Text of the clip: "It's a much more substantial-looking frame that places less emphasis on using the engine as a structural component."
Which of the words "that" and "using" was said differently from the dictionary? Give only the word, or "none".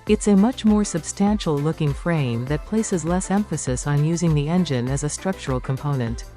none